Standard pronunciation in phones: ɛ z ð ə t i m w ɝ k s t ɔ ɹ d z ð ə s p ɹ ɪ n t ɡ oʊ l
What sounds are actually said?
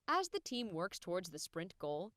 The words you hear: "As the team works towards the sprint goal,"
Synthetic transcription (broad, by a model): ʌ z ð ə t i m w ɝ k s t ɔ ɹ d z ð ə s p ɹ ɪ n t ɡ oʊ l